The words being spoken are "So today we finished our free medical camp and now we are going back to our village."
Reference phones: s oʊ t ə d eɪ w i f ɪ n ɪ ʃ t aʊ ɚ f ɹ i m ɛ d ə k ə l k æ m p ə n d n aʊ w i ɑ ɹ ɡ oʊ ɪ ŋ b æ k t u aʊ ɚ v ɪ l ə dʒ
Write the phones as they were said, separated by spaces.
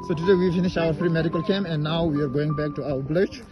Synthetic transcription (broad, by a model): s oʊ t ə d eɪ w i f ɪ n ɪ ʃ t aʊ ɚ f ɹ i m ɛ d ə k ə l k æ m ə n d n aʊ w i ɑ ɹ ɡ oʊ ɪ ŋ b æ k t u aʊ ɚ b l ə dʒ